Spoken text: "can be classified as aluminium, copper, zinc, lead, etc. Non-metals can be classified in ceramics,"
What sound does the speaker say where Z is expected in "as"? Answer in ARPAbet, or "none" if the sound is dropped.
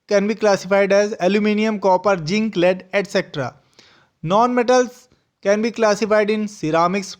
Z